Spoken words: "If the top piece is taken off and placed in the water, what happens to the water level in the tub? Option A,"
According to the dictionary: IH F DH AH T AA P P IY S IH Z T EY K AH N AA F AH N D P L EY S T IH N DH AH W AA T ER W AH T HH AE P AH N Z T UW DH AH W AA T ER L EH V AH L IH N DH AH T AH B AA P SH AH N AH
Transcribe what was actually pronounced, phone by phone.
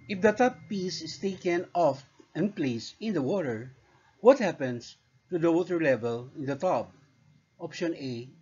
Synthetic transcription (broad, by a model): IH F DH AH T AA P P IY S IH S T EY K AH N AA F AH N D P L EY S IH N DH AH W AA T ER W AH T HH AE P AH N S T UW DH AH W AA T ER L EH V AH L IH N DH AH T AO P AA P SH AH N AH